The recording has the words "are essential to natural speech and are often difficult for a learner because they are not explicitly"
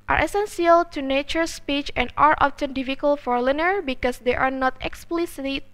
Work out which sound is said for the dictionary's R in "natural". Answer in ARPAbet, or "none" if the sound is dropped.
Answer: none